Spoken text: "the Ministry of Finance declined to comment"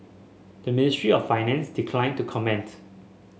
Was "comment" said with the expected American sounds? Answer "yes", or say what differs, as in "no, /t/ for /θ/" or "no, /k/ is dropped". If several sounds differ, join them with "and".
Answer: yes